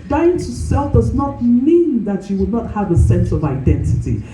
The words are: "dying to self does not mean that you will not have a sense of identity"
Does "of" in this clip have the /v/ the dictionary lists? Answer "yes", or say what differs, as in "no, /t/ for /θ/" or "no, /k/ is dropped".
yes